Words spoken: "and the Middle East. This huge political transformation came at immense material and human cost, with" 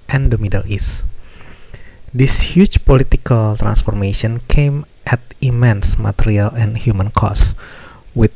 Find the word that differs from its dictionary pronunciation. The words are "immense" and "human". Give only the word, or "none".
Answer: none